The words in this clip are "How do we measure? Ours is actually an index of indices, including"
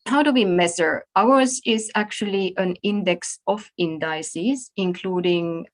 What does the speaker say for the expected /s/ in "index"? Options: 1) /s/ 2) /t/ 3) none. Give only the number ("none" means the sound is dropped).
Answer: 1